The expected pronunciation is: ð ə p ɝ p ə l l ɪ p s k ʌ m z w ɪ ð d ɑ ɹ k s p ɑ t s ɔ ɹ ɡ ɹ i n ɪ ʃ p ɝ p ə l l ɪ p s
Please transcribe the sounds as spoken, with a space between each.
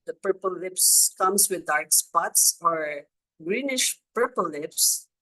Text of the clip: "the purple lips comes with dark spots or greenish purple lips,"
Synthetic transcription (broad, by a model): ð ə p ɝ p ə l l ɪ p s k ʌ m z w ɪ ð d ɑ ɹ k s p ɑ t s ɔ ɹ ɡ ɹ i n ɪ ʃ p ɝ p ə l l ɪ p s